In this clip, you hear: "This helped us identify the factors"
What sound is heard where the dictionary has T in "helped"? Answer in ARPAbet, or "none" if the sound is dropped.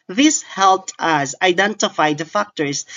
T